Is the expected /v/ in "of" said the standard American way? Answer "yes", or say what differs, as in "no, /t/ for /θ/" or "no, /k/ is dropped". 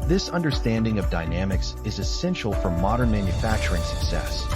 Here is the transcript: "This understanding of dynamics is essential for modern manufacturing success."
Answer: yes